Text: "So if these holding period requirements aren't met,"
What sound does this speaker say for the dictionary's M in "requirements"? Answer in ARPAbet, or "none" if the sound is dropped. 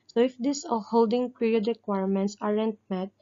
M